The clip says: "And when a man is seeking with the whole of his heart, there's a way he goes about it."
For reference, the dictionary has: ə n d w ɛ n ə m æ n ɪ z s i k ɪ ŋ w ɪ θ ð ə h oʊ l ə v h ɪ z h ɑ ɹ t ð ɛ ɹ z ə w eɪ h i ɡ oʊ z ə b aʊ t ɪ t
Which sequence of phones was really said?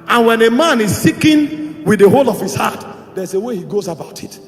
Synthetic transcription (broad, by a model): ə n w ɛ n ə m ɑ n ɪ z s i k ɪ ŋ w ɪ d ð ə h oʊ l ə v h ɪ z h ɑ t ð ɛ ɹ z ə w eɪ h i ɡ oʊ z ə b aʊ t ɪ t